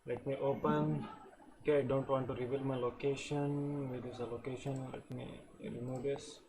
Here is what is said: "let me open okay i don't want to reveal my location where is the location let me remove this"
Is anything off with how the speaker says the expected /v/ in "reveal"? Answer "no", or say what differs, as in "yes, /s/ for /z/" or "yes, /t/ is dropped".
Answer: yes, /b/ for /v/